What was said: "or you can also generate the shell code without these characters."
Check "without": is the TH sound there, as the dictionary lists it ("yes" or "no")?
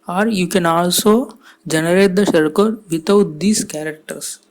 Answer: no